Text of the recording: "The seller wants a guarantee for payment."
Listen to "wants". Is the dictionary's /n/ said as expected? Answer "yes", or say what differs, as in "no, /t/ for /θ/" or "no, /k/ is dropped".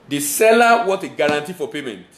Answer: no, /n/ is dropped